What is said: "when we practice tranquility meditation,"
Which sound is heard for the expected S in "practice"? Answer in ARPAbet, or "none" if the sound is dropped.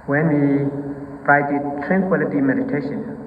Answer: none